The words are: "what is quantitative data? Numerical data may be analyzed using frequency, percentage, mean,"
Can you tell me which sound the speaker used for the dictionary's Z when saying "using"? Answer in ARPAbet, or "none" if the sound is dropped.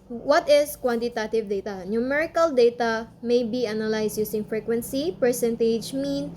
S